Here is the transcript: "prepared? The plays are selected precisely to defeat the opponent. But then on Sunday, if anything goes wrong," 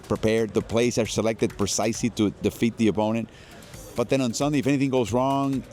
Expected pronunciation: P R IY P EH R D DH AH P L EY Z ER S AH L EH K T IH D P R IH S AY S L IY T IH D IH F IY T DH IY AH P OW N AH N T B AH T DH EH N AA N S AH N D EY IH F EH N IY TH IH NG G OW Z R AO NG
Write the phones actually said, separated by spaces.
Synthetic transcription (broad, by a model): P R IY P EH R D DH AH P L EY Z ER S AH L EH K T IH D P R IH S AY S L IY T IH D IH F IY T DH IY AH P OW N AH N T B AH T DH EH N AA N S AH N D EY IH F EH N IY TH IH NG G OW Z R AO NG